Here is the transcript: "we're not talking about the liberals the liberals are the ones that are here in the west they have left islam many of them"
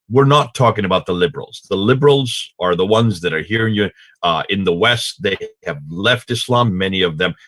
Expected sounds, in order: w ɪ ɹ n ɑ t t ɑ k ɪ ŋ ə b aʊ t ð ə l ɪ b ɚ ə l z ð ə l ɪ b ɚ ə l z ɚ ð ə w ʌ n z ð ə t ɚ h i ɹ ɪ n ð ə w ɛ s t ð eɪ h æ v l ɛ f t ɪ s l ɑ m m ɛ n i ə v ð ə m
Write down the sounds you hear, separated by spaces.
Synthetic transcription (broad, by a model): w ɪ ɹ n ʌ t t ɑ k ɪ ŋ ə b aʊ t ð ə l ɪ b ɚ l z ð ə l ɪ b ɚ l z ɚ ð ə w ʌ n z ð ə t ɚ h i ɹ ɪ n ð ə w ɛ s t ð eɪ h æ v l ɛ f t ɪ s l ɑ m m ɛ n i ə v ð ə m